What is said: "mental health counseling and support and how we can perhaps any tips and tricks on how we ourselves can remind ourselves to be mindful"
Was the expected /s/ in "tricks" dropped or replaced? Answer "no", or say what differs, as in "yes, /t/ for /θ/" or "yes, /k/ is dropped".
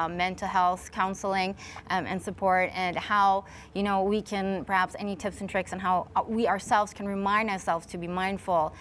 no